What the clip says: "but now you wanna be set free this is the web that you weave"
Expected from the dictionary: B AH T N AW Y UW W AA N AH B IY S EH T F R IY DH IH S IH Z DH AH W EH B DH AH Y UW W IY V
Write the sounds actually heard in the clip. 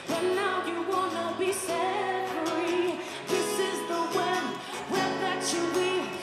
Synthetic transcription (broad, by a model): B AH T N AW Y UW W AA N AH B IY S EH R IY DH IH S IH Z DH AH W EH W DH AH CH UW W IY